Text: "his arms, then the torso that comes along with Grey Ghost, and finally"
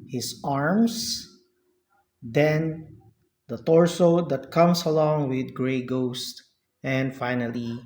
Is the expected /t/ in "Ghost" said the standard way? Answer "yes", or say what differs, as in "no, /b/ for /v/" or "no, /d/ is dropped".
yes